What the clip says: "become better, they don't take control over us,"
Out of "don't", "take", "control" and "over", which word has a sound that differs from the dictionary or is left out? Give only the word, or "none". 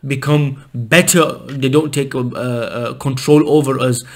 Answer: none